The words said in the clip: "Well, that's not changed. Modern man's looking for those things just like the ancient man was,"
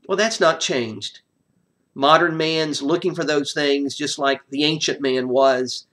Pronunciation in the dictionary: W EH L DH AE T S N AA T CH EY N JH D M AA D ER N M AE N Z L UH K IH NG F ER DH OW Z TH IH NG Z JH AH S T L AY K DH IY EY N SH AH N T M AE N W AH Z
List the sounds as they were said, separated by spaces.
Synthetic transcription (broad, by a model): W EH L DH AE T S N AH T CH EY N JH D M AA D ER N M AE N Z L UH K IH NG F ER DH OW Z TH IH NG Z JH AH S T L AY K DH IY EY N SH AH N M AE N W AH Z